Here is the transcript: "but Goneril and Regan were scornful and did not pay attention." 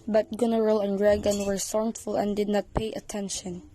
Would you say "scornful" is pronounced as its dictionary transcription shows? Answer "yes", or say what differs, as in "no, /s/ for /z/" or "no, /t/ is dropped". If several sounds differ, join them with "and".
no, /k/ is dropped